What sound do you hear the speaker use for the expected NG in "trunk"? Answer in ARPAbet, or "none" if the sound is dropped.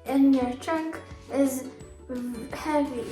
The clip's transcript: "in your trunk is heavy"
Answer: none